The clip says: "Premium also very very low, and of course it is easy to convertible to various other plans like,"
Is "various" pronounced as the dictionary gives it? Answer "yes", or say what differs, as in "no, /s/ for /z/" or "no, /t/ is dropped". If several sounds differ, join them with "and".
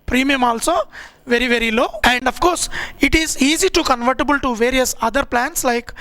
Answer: yes